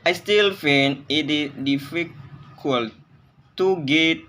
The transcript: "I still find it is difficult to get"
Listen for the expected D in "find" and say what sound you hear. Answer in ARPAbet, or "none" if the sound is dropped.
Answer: none